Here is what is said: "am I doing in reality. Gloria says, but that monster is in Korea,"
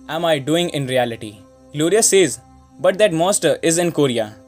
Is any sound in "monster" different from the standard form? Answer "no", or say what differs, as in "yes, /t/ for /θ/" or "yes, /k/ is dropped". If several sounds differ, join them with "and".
yes, /n/ is dropped